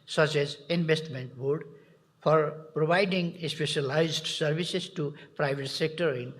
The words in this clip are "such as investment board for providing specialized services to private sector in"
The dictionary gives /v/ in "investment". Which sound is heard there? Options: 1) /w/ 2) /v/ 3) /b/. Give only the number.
3